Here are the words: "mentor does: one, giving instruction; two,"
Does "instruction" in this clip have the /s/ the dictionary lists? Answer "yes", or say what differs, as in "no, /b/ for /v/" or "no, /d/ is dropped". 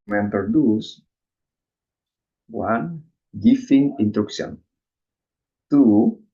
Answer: no, /s/ is dropped